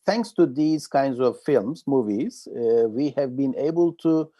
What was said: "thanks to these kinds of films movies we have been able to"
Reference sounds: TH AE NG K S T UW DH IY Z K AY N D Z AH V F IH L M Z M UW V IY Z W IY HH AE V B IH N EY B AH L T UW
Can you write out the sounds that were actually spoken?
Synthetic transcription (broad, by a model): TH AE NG K S T UW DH IY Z K AY N D Z AH V F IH L M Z M UW V IY Z W IY HH AE V B IH N EY B AH L T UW